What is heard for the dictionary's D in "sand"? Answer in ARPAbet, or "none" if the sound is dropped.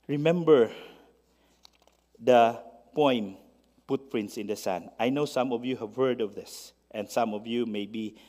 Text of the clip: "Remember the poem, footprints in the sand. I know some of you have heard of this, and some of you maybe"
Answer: none